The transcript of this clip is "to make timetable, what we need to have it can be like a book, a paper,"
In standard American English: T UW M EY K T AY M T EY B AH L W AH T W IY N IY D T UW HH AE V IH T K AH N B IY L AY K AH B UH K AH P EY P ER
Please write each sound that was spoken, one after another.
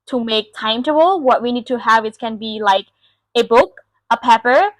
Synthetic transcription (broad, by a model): T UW M EY K T AY M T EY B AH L W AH T W IY N IY D T UW HH AE V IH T K AH N B IY L AY K AH B UH K AH P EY P ER